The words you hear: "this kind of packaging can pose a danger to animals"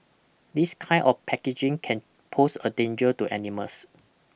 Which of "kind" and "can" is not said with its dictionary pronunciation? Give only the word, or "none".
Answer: kind